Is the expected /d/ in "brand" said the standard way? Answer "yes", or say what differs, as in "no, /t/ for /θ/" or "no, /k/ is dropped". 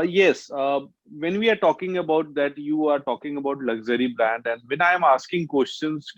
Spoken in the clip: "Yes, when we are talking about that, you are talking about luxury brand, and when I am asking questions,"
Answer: yes